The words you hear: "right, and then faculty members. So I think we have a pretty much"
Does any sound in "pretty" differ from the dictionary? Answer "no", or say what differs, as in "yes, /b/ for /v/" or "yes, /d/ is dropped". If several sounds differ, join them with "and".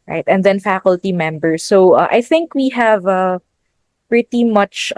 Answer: no